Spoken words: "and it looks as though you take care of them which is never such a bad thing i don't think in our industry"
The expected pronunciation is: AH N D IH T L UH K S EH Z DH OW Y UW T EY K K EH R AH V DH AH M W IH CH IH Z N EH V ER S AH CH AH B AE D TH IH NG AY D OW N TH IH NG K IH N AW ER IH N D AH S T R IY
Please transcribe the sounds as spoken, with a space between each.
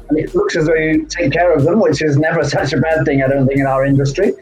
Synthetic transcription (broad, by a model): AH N IH T L UH K S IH Z DH OW Y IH T EY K K EH R AH V DH AH M W IH CH IH Z N EH V ER S AH CH AH B AE D TH IH NG AY D OW N TH IH NG K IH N AW ER IH N D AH S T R IY